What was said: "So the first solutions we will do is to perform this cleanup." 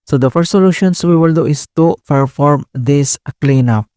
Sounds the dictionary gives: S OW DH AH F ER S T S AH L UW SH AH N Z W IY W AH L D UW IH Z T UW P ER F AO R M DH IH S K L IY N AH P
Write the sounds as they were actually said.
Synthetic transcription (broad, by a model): S OW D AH F ER S T S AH L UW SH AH N S W IY W AH L D UW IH S T UW P ER F AO R M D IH S K L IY N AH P